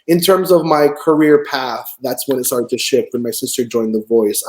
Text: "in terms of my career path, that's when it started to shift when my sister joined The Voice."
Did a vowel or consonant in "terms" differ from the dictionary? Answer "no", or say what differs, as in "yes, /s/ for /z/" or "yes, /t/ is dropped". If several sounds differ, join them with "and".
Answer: no